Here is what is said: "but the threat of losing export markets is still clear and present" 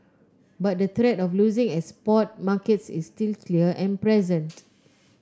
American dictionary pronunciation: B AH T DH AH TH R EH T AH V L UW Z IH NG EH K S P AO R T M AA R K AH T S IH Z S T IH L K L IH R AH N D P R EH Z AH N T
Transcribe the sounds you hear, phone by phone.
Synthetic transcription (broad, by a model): B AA T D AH T R EH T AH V L UW Z IH NG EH S P AO T M AA K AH T S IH S T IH L K L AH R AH N P R EH Z AH N T